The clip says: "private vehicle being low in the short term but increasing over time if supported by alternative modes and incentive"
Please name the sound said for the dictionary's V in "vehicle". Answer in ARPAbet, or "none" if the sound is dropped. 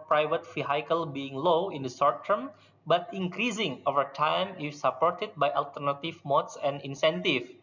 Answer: F